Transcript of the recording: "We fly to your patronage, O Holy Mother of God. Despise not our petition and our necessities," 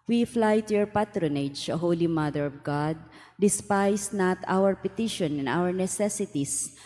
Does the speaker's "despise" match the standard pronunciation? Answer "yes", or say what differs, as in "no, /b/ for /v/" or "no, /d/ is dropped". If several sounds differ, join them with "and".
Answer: no, /s/ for /z/